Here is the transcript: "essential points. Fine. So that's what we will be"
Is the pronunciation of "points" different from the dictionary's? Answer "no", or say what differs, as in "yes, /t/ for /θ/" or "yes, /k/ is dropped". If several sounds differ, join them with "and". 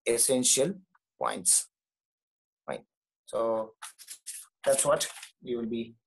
no